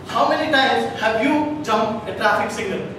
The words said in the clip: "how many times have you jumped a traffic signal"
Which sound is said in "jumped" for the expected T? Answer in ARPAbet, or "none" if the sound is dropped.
none